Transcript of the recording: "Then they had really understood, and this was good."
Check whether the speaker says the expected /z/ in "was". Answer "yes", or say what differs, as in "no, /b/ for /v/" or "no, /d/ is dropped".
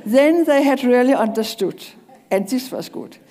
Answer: no, /s/ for /z/